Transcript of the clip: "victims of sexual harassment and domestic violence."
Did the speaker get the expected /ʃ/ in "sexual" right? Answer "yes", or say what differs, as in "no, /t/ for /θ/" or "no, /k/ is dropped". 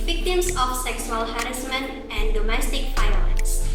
no, /s/ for /ʃ/